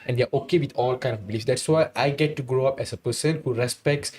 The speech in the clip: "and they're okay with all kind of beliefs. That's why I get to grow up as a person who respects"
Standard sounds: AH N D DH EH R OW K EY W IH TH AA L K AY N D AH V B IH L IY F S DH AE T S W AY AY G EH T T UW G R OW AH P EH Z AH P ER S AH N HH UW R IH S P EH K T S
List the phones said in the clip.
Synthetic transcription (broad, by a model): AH N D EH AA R OW K EY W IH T AA L K AY N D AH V B IH L IY F S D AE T S W AY AY G EH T T UW G R OW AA P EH S AH P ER S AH N HH UW R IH S P EH K T S